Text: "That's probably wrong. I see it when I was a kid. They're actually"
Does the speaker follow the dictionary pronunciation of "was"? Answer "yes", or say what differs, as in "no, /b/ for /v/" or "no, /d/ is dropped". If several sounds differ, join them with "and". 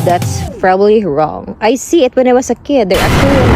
no, /s/ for /z/